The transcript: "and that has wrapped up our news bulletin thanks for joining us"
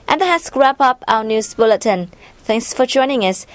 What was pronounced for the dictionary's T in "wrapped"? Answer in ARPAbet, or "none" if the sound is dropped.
none